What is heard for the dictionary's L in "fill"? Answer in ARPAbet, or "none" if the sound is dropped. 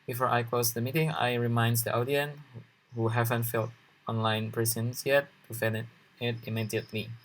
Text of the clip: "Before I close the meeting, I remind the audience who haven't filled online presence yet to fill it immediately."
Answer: N